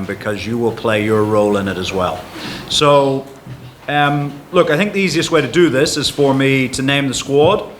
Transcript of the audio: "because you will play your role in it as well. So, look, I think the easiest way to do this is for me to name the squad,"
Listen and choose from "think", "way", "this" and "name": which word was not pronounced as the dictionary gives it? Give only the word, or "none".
none